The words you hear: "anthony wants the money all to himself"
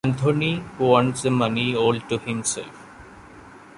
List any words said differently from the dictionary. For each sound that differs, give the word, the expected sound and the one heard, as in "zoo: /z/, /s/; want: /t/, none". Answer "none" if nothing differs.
anthony: /θ/, /t/